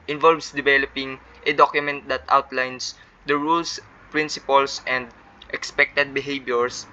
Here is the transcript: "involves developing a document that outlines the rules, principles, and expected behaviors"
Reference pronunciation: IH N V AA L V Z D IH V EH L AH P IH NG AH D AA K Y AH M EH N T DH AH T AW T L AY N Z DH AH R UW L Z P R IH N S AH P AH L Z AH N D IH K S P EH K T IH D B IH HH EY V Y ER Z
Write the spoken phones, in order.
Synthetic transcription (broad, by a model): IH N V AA L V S D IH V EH L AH P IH NG AH D AA K Y AH M EH N T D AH T AW T L AY N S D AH R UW L S P R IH N S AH P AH L S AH N D IH K S P EH K T IH D B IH HH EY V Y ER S